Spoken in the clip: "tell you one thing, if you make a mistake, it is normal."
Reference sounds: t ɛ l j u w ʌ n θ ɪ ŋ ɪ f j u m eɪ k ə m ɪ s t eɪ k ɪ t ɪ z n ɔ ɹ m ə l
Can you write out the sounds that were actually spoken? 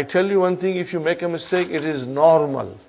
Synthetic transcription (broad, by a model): t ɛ l j u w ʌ n t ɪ ŋ ɪ f j u m eɪ k ə m ɪ s t eɪ k ɪ t ɪ z n ɔ ɹ m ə l